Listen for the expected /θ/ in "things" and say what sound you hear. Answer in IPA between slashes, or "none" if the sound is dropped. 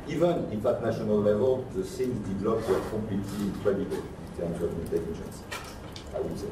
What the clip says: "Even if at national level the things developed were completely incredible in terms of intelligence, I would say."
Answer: /s/